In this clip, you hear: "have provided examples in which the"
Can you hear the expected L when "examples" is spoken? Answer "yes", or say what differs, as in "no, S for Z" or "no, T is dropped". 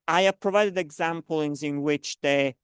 no, N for L